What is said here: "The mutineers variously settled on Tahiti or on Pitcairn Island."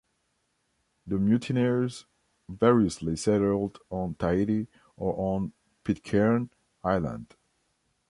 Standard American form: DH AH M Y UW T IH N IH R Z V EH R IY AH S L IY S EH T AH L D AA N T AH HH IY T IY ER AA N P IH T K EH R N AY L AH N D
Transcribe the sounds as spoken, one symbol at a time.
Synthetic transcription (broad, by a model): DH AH M Y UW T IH N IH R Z V EH R IY AH S L IY S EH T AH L D AA N T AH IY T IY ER AA N P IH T K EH R N AY L AH N D